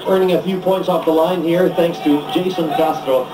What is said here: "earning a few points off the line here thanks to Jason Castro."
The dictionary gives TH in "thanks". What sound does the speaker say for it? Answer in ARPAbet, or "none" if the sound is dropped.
TH